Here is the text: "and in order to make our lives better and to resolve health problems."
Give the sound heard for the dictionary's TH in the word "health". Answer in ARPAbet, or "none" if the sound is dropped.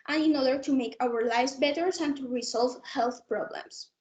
TH